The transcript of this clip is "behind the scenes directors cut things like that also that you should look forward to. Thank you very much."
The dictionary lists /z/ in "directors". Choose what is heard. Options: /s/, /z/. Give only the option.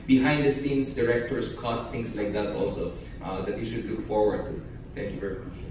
/s/